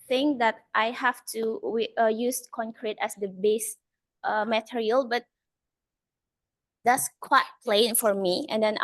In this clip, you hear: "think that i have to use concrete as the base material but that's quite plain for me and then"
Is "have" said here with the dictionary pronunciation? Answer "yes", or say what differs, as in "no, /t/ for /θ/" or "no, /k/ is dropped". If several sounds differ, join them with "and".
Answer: no, /f/ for /v/